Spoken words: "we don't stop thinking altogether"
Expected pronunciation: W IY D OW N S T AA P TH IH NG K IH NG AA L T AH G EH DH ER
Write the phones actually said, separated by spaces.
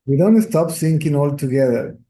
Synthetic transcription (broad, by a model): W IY D OW N S T AA P S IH NG K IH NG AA L T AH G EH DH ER